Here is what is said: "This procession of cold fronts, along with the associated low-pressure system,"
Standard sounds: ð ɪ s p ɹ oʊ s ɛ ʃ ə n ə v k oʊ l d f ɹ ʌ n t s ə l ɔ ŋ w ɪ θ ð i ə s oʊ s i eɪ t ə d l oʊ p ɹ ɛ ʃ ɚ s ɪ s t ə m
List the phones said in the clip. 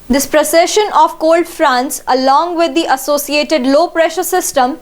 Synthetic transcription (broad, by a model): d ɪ s p ɹ oʊ s ɛ ʃ ə n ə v k oʊ l d f ɹ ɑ n s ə l ɔ ŋ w ɪ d i ə s oʊ s i eɪ t ə d l oʊ p ɹ ɛ ʃ ɚ s ɪ s t ə m